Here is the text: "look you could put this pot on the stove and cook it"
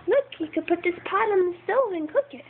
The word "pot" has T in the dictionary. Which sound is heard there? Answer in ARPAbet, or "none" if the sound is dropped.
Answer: T